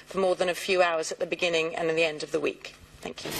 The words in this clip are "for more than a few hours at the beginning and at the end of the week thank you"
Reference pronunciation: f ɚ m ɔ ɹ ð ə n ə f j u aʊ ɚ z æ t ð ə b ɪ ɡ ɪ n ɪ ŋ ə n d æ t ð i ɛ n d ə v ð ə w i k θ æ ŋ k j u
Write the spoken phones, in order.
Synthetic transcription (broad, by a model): f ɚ m ɔ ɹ ð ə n ə f j u aʊ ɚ z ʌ t ð ə b ɪ ɡ ɪ n ɪ ŋ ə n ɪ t ð i ɛ n d ə v ð ə w i k θ æ ŋ k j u